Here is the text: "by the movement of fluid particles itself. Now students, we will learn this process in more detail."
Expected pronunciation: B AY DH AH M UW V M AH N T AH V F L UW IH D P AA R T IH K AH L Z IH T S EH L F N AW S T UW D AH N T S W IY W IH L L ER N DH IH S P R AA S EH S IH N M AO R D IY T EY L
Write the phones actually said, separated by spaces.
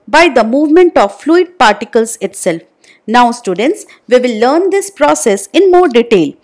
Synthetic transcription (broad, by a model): B AY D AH M UW V M AH N T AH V F L UW IH D P AA R T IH K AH L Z IH T S EH L F N AW S T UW D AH N T S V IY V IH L L ER N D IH S P R AA S EH S IH N M AO R D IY T EY L